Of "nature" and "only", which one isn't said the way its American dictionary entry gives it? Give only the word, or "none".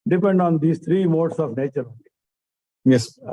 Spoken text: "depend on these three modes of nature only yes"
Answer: only